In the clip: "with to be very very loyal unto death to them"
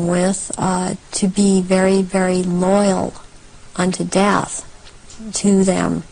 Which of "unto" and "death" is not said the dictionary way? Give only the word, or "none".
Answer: none